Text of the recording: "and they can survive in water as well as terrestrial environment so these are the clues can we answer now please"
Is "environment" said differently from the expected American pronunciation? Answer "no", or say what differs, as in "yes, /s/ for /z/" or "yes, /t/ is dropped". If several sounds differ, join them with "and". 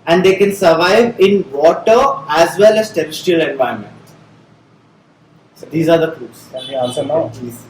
yes, /ɹ/ is dropped